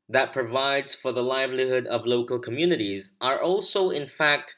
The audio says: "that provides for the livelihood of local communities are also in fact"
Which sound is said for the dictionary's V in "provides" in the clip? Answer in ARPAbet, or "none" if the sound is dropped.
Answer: V